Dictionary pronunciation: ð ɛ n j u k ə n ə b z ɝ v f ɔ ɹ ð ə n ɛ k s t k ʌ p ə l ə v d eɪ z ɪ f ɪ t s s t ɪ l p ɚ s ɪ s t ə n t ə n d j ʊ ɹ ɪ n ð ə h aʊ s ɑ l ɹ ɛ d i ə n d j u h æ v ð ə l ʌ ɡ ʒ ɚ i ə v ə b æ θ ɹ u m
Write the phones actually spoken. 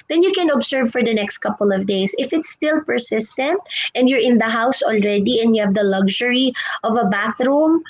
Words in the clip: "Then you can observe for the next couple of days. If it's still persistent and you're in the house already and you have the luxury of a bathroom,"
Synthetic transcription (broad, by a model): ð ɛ n j u k ə n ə b s ɝ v f ɔ ɹ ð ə n ɛ k s t k ʌ p ə l ə v d eɪ s ɪ f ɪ t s s t ɪ l p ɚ s ɪ s t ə n t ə n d j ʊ ɹ ɪ n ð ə h aʊ s ɑ l ɹ ɛ d i ə n d j u h æ v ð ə l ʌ ɡ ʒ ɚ i ə v ə b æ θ ɹ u m